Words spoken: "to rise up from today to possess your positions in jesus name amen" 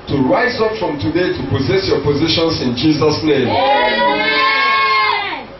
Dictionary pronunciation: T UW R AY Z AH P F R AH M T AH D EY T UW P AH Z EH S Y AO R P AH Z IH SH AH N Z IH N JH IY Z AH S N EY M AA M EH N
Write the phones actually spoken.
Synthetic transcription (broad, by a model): T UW R AY Z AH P F R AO M T AH D EY T UW P AH Z EH S Y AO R P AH Z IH SH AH N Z IH N JH IY Z AH S N EY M M